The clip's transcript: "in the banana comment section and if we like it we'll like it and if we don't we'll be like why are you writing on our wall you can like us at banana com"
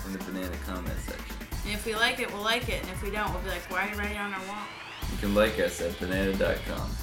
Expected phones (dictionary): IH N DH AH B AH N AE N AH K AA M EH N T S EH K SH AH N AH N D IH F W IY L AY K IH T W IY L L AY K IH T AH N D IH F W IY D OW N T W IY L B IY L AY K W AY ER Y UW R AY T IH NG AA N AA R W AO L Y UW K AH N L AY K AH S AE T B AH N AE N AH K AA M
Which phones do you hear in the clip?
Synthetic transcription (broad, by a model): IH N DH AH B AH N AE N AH K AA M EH T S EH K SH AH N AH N IH F W IY L AY K IH T W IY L L AY K IH T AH N IH F W IY D OW N T W IY L B IY L AY K W AY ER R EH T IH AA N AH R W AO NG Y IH K AH N L AY K AH S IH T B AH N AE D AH K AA M